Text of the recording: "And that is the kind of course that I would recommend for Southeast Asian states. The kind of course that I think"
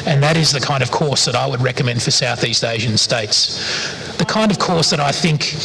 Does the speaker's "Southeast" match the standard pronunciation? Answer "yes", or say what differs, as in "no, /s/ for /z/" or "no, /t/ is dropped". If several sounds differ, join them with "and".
yes